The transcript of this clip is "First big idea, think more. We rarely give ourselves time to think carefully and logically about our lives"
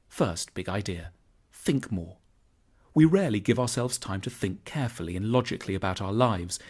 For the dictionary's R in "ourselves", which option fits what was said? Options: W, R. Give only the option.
R